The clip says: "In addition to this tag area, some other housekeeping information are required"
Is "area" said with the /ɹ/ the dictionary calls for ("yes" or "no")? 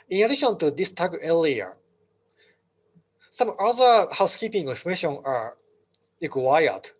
no